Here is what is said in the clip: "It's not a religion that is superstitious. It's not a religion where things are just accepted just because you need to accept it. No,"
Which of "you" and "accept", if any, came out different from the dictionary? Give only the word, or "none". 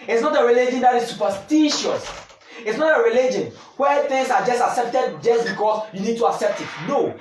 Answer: none